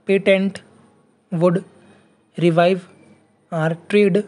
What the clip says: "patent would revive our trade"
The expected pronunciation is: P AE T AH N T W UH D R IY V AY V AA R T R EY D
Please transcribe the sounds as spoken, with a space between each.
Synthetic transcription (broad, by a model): P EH T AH N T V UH D R IY V AY V AA R T R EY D